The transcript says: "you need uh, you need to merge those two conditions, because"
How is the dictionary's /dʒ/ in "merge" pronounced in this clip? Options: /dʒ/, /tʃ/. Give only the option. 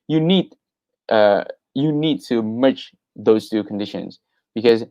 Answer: /tʃ/